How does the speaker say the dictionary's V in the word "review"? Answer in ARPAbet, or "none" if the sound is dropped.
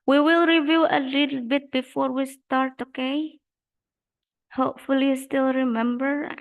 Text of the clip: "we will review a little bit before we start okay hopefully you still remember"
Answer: V